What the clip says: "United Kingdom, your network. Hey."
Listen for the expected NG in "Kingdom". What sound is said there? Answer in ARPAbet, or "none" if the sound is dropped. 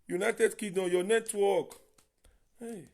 none